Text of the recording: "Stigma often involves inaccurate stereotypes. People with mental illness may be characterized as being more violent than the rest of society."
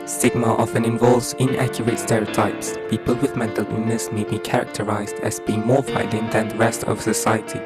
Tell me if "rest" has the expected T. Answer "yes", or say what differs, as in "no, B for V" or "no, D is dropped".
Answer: yes